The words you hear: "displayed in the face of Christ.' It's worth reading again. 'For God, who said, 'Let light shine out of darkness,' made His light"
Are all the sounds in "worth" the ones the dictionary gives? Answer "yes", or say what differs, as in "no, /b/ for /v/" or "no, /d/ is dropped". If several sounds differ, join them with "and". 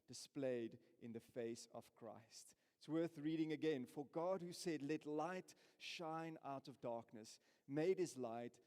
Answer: yes